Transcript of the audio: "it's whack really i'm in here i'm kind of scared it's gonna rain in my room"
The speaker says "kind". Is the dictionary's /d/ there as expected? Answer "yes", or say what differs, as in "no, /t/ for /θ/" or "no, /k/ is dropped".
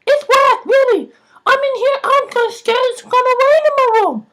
no, /d/ is dropped